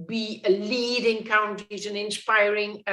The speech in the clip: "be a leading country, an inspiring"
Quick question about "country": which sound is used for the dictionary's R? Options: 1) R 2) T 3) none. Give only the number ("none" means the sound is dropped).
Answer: 3